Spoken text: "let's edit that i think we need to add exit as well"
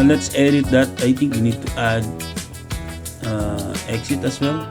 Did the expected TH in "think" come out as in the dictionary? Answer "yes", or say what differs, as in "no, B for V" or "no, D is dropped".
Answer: no, T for TH